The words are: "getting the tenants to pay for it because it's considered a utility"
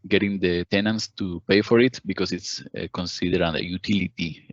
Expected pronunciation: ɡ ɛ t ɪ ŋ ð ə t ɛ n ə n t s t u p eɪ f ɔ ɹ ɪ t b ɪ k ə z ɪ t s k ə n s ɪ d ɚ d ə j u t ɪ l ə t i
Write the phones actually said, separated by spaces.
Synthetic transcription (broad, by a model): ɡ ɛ t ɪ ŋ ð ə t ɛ n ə n s t u p eɪ f ɔ ɹ ɪ t b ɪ k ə s ɪ t s k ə n s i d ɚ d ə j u t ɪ l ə t i